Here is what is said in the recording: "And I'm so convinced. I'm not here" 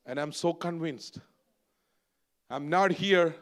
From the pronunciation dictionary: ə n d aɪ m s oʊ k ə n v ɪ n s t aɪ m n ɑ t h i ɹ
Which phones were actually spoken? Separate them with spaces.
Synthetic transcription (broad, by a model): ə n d aɪ m s oʊ k ə n v ɪ n s t aɪ m n ɑ t h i ɹ